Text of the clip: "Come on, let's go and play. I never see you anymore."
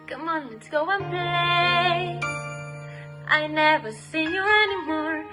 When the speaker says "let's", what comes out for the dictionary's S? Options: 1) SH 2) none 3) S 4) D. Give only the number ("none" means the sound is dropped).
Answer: 2